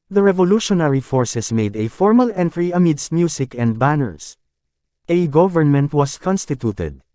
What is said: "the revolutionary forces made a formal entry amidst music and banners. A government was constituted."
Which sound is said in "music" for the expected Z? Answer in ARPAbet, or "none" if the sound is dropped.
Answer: S